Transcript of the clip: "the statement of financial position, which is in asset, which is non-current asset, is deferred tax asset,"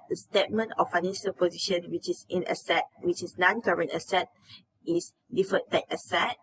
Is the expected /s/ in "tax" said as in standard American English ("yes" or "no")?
no